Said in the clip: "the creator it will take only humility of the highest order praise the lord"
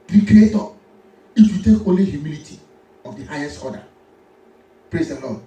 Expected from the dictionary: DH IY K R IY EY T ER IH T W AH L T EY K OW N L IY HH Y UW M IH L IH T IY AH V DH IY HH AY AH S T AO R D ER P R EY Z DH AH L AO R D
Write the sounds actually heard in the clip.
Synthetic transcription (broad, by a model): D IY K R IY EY T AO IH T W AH T EY K OW N L IY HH Y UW M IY L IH T IY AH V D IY HH AY AH S T AO D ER P R EY Z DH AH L AO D